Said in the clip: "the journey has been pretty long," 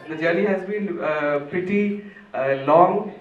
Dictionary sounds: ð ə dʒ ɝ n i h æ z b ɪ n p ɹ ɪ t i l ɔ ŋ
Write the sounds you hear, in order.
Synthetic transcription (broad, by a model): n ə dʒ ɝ l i h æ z b ɪ n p ɪ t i l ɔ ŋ